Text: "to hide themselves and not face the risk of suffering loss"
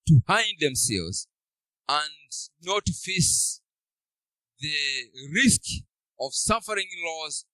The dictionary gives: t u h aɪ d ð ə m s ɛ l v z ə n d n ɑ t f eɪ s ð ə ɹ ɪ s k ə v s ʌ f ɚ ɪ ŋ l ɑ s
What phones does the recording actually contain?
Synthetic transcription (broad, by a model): t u h aɪ d ð ə m s ɛ l v z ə n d n ɑ t f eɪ s ð ə ɹ ɪ s k ə v s ʌ f ɚ ɪ ŋ l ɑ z